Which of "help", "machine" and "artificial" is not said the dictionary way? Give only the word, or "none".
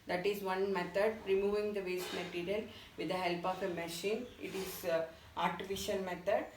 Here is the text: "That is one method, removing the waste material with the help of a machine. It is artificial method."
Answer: artificial